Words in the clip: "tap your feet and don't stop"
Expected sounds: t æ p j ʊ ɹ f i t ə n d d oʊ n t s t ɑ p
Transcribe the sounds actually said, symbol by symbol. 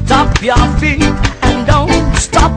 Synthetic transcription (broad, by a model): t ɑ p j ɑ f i ə n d d oʊ n t s t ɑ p